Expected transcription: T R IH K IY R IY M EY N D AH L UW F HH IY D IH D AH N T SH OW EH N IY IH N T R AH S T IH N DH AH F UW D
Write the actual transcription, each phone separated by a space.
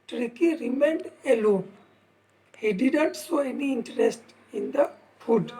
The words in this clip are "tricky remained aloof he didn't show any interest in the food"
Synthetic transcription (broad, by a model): T R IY K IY R IY M EY N D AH L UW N HH IY D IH D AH N T S OW EH N IY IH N T R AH S T IH N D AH F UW D